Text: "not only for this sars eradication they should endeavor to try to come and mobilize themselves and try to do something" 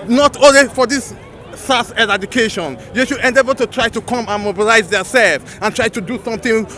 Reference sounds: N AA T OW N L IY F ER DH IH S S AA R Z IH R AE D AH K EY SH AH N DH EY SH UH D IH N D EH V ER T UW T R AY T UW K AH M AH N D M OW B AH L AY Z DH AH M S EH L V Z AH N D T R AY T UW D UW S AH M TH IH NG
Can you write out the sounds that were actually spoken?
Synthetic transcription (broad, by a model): N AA T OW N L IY F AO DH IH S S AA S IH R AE D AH K EY SH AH N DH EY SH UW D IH N D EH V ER T UW T R AY T UW K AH M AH N M OW B AH L AY Z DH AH S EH L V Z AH N T R AY T UW D UW S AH M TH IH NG